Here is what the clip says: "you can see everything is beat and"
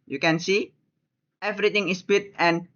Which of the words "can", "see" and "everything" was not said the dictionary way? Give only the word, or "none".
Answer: everything